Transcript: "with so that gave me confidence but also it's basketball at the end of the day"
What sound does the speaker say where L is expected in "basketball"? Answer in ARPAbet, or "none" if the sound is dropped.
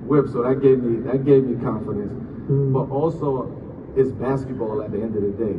L